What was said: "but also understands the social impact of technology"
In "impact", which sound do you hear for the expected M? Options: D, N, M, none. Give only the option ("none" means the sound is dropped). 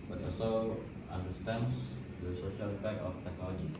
none